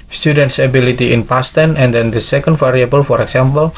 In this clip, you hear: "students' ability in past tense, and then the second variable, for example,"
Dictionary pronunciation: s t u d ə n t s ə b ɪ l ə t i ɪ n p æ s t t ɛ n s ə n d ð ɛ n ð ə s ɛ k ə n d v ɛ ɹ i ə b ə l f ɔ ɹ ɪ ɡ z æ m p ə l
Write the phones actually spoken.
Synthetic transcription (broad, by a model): s t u d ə n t s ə b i l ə t i ɪ n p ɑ s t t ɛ n ə n d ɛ n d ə s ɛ k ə n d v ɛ ɹ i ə b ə l f ɔ ɹ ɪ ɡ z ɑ m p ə l